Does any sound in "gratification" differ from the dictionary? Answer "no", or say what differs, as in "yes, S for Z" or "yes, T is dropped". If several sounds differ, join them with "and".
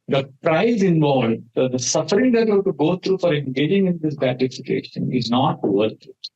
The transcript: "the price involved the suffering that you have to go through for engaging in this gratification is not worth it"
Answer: yes, R is dropped